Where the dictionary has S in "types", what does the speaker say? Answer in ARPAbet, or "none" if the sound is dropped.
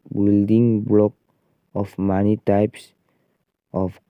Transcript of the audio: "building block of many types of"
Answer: S